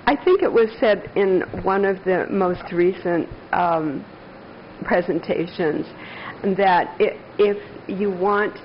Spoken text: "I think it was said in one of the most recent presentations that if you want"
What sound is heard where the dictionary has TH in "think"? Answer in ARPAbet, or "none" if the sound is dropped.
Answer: TH